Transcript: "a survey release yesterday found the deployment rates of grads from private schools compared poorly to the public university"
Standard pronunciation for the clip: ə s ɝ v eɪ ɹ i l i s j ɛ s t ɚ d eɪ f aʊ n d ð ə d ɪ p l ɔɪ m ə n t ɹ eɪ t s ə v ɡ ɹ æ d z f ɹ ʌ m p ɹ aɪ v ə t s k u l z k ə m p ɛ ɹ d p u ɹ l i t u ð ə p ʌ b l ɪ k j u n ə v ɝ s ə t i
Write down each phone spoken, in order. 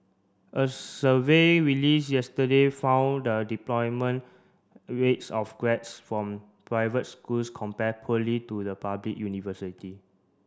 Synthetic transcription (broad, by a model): ə s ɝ v eɪ ɹ i l i s j ɛ s t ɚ d eɪ f aʊ n d ə d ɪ p l ɔɪ m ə n ɹ eɪ t s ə f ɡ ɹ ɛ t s f ɹ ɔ m p ɹ aɪ v ə t s k u l s k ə m p ɛ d p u l i t u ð ə p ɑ b l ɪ k j u n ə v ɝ s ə t i